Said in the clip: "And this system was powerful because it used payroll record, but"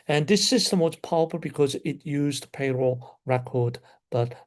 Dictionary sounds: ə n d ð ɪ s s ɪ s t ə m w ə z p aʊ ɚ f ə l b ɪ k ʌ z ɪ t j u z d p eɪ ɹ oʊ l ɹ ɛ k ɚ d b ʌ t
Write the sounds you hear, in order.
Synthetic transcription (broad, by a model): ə n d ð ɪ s s ɪ s t ə m w ə z p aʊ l p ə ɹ b ɪ k ʌ z ɪ t j u z d p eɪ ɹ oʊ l ɹ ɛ k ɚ d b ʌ t